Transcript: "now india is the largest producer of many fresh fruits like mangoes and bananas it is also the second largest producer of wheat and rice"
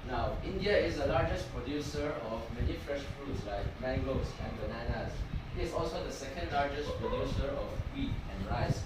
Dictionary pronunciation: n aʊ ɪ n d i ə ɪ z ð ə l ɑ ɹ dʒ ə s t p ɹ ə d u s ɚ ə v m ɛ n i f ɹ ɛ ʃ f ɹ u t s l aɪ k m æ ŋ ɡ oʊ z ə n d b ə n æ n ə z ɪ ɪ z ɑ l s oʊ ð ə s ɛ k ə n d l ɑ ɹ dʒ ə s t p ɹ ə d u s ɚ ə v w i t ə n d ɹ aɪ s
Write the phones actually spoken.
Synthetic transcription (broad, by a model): n aʊ ɪ n d i ə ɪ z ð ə l ɑ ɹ dʒ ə s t p ɹ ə d u s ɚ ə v m ɛ n i f ɹ ɛ ʃ f ɹ u t s l aɪ k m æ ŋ ɡ oʊ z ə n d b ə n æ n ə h ɪ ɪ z ɑ l s oʊ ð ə s ɛ k ə n d l ɑ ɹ dʒ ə s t p ɹ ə d u s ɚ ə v w i t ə n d ɹ aɪ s